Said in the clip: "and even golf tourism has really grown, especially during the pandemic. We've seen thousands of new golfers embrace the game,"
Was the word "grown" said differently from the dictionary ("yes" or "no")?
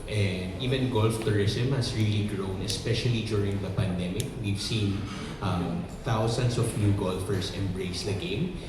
no